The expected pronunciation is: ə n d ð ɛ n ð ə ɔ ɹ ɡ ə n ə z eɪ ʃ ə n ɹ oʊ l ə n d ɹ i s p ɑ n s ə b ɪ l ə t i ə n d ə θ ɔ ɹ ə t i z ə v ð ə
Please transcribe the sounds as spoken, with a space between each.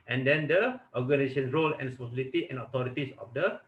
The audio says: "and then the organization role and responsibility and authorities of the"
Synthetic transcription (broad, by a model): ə n d ɛ n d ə ɔ ɡ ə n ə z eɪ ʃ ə n ɹ oʊ l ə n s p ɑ s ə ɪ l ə t i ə n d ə t ɔ ɹ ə t i s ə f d ə